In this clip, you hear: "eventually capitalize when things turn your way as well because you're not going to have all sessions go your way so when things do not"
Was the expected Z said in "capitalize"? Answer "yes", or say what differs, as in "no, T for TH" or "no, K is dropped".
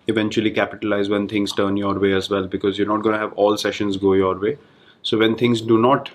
yes